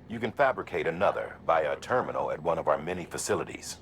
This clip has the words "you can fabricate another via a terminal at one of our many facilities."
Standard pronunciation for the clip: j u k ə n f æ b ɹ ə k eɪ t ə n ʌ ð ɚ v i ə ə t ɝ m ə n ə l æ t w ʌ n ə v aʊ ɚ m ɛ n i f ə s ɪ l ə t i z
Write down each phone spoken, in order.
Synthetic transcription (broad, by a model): j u k ə n f æ b ɹ ə k eɪ t ə n ʌ ð ɚ b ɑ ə ə t ɝ m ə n l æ t w ʌ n ə v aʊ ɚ m ɛ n i f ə s ɪ l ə t i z